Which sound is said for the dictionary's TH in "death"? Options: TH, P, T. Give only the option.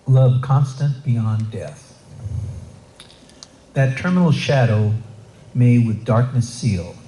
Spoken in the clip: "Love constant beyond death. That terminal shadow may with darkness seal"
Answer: TH